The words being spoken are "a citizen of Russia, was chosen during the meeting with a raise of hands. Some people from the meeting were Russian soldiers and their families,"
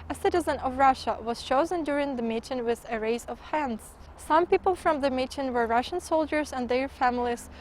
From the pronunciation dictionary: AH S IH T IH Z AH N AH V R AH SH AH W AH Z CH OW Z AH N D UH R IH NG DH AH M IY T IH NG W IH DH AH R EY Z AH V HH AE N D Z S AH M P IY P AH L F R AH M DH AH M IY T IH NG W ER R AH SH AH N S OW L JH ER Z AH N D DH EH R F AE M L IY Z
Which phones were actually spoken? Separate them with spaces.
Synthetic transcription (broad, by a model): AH S IH T IH Z AH N AH V R AH SH AH W AH Z CH OW Z AH N D UH R IH NG DH AH M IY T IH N W IH DH AH R EY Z AH V HH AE N D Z S AH M P IY P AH L F R AH M DH AH M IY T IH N W ER R AH SH AH N S OW L JH ER Z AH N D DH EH R F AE M L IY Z